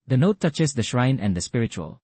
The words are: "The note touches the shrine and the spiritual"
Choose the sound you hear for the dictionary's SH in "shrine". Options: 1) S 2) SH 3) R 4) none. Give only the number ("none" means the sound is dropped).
2